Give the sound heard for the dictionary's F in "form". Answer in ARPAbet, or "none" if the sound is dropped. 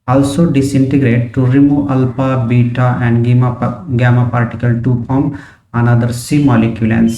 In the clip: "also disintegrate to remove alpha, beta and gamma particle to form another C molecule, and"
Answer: P